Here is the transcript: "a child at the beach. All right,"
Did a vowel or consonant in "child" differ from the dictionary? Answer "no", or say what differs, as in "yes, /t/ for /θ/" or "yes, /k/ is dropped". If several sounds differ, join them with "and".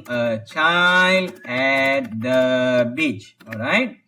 no